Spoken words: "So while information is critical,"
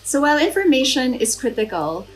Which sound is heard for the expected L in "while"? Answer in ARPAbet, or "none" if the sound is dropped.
L